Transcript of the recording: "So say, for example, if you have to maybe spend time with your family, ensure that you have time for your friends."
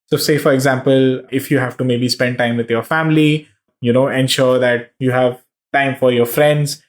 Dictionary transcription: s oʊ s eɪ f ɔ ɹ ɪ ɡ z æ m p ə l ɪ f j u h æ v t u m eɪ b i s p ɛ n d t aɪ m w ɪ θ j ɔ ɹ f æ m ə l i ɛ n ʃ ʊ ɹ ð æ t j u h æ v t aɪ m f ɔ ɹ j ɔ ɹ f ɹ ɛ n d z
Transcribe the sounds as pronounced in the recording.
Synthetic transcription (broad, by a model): s oʊ s eɪ f ɔ ɹ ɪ ɡ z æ m p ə l ɪ f j u h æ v t u m eɪ b i s p ɛ n d t aɪ m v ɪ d j ɔ ɹ f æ m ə n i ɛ n ʃ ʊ ɹ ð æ t j u h æ v t aɪ m f ɔ ɹ j ɔ ɹ f ɹ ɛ n d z